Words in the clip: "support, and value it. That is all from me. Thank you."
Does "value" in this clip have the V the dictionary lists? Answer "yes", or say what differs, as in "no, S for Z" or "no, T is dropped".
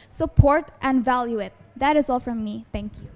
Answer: yes